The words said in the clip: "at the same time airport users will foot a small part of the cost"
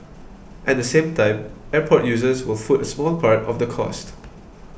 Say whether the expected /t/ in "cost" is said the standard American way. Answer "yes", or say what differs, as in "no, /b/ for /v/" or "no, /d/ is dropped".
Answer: yes